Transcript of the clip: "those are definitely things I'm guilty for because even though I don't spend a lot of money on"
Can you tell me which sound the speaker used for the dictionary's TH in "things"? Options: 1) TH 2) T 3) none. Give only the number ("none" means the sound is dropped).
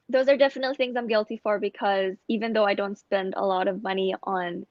1